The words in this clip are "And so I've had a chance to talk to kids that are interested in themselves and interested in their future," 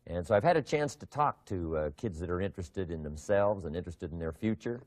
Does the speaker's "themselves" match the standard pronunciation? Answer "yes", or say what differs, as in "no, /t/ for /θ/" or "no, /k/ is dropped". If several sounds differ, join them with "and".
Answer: yes